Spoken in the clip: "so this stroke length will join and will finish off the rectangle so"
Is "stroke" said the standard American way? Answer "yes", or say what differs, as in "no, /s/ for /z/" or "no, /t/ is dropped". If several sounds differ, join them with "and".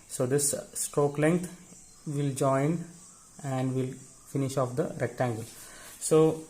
yes